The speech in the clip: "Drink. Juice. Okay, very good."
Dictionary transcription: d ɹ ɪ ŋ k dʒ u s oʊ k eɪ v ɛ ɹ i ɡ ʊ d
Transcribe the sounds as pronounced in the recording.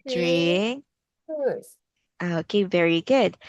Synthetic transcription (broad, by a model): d ɹ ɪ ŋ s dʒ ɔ oʊ k eɪ v ɛ ɹ i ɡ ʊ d